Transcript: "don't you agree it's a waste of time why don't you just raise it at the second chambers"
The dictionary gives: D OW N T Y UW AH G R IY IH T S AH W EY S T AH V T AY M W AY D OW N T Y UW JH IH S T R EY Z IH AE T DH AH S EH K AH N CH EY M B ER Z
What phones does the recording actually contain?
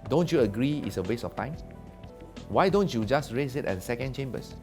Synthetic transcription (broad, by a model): D OW N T Y UW AH G R IY IH T S AH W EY S AH F T AY M W AY D OW N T Y UW JH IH S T R EY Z IH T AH S EH K AH N CH EY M B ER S